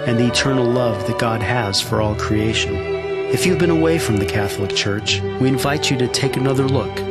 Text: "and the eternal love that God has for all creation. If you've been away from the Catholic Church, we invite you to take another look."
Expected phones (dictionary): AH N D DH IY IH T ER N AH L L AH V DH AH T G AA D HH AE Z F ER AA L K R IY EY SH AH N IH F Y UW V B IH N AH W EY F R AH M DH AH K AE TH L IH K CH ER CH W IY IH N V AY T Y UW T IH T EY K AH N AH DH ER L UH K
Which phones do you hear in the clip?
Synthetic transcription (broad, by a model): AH N DH IY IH T ER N L L AH V DH AH T G AA D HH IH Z F ER AA L K R IY EY SH AH N IH F Y UW V B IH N AH W EY F R AH M DH AH K AE TH L IH K CH ER CH W IY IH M V AY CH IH T IH T EY K AH N AH DH ER L UH K